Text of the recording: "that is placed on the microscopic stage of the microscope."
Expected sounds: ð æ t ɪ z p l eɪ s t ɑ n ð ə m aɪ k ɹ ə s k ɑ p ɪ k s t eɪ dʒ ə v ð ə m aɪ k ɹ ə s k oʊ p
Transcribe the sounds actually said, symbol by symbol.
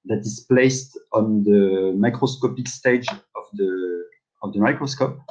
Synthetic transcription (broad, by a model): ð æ t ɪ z p l eɪ s t ɑ n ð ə m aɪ k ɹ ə s k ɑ p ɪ k s t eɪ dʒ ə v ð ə m aɪ k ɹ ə s k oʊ p